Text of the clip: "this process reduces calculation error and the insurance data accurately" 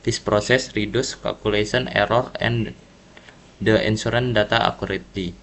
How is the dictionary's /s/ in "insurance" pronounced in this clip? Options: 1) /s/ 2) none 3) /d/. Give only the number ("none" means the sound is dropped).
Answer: 2